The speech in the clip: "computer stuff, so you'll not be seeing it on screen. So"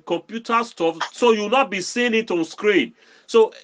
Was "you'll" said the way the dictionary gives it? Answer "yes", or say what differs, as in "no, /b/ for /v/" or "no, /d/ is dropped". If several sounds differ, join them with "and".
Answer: no, /w/ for /l/